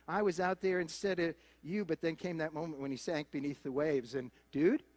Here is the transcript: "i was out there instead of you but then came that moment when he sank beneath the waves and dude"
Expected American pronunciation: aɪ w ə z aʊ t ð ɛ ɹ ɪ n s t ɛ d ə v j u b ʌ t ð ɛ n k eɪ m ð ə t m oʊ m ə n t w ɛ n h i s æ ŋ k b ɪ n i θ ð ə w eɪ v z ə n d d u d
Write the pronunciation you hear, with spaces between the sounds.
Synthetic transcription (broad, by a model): aɪ w ə z aʊ t ð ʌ ɹ ɪ n s t ɛ d ə v j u b ʌ t ð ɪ n k eɪ m ð ə t m oʊ m ə n t w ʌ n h i s æ ŋ k b ɪ n i θ ð ə w eɪ v z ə n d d u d